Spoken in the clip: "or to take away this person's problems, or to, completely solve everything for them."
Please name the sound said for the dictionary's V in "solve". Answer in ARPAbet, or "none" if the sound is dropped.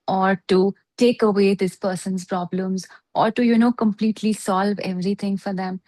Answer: V